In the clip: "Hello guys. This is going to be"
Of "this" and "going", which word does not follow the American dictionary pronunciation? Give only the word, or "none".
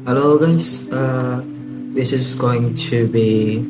none